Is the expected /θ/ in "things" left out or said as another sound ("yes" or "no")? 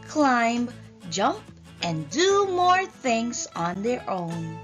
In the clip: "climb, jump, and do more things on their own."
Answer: no